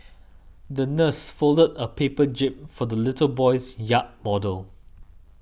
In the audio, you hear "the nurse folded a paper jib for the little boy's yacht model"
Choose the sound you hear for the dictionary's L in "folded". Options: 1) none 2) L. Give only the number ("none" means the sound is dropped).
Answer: 2